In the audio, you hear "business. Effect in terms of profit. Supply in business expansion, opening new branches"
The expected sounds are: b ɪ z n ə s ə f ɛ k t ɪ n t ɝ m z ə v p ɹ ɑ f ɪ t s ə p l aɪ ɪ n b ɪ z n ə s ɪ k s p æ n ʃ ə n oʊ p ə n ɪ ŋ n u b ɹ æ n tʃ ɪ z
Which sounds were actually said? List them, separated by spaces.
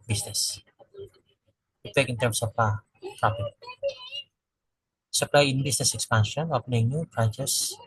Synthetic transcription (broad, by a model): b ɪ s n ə s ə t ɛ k ɪ n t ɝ m s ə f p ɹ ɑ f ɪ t s ə p l aɪ ɪ n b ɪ s n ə s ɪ k s p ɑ n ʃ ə n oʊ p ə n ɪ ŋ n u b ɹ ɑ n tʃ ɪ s